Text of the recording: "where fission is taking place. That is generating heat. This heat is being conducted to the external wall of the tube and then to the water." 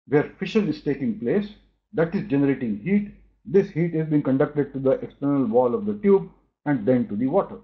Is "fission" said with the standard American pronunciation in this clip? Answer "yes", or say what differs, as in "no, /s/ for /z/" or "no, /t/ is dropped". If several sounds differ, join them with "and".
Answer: yes